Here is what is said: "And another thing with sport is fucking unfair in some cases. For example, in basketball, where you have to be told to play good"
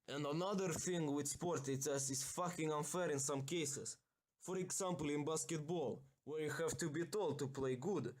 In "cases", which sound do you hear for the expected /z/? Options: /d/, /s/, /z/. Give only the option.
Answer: /s/